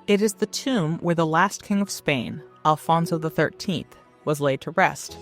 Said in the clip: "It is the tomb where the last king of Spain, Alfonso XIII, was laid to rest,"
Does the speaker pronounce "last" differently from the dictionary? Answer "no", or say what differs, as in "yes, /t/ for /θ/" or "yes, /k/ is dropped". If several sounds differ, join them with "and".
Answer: no